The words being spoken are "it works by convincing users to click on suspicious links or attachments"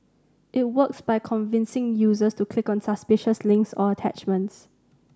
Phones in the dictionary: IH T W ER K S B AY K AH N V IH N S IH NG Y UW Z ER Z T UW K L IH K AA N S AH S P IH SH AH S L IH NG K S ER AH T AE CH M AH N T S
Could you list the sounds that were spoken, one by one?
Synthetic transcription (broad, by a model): IH T W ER K S B AY K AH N V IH N S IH NG Y UW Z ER S T UW K L IH K AA N S AH S P IH SH AH S L IH NG K S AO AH T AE CH M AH N T S